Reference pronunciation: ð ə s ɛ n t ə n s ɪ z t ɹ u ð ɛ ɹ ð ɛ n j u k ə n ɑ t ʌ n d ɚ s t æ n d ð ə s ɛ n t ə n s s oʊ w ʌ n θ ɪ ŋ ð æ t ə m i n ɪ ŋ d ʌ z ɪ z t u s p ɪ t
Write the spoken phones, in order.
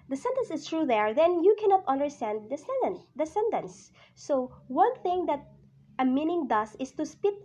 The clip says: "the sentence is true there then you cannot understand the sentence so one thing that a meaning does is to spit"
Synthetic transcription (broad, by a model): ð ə s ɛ n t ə n s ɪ s t ɹ u ð ɛ ɹ ð ɛ n j u k ə n ɑ t ʌ n d ɚ s t æ n d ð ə s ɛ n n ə n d s oʊ w ʌ n θ ɪ ŋ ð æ t ə m i n ɪ ŋ d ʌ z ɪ s t u s p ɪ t